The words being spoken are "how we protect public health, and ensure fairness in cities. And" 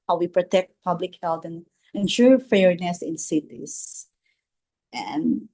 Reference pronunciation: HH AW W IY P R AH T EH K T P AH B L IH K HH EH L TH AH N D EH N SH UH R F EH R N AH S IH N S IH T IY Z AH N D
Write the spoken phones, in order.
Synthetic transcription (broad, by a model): HH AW W IY P R AH T EH K T P AH B L IH K HH EH L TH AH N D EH N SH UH R F EH R N AH S IH N S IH T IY S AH N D